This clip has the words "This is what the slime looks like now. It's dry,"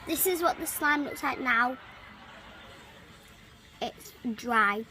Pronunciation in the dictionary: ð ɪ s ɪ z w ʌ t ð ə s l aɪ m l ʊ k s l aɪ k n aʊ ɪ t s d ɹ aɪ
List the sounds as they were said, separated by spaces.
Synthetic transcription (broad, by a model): ð ɪ s ɪ z w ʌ t ð ə s l aɪ m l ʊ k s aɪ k n aʊ ɪ t s d ɹ aɪ